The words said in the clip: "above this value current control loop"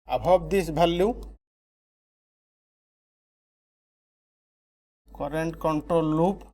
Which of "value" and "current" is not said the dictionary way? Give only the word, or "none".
value